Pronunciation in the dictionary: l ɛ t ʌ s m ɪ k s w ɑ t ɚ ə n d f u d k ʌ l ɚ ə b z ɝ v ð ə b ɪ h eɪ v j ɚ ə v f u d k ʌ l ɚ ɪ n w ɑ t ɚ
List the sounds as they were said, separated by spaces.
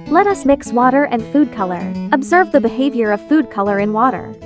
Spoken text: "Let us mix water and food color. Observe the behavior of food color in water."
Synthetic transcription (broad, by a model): l ɛ t ʌ s m ɪ k s w ɑ t ɚ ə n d f u d k ʌ l ɚ ə b z ɝ v ð ə b ɪ h eɪ v j ɚ ə v f u d k ʌ l ɚ ɪ n w ɑ t ɚ